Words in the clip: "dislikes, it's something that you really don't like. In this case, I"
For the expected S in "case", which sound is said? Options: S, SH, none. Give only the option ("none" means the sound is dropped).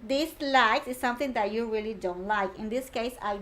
S